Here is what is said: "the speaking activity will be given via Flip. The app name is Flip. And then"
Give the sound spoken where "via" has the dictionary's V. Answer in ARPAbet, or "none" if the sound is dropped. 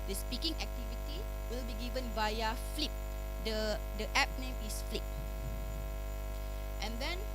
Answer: B